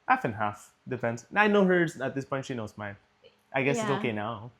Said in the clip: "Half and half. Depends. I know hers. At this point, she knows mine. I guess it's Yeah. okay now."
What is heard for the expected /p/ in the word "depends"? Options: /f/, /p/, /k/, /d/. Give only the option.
/f/